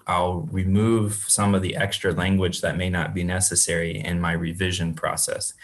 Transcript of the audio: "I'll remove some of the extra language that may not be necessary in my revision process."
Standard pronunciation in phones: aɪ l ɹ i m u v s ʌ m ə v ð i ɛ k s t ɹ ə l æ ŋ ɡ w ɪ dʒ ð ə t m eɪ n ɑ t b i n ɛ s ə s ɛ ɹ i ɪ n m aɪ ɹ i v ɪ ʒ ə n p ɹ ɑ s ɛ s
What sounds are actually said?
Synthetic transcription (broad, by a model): aɪ l ɹ i m u v s ʌ m ə v ð i ɛ k s t ɹ ə l æ ŋ ɡ w ɪ dʒ ð ə t m eɪ n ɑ t b i n ɛ s ə s ɛ ɹ i ɪ n m aɪ ɹ i v ɪ ʒ ə n p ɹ ɑ s ɛ s